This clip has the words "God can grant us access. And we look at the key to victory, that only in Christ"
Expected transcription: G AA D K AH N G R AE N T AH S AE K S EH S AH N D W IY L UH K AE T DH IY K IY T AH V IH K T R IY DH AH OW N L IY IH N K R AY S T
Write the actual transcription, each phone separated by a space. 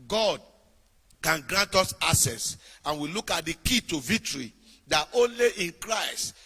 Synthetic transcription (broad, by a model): G AA D K AH N G R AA N T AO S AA S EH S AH N W IY L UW K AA T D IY K IY T AH V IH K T R IY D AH OW N L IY IH N K R AY S T